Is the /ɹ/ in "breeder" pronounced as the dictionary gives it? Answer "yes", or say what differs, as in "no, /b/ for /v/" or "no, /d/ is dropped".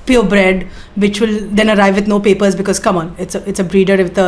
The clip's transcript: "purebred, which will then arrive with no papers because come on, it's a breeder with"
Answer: yes